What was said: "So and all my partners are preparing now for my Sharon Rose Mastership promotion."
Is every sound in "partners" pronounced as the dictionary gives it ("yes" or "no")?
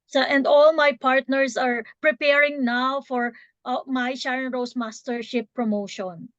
no